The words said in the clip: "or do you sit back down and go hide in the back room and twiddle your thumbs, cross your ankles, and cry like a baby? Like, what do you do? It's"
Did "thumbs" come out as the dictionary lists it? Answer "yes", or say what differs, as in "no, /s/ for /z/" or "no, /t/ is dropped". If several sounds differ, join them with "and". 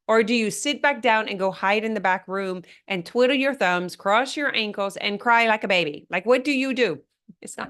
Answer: yes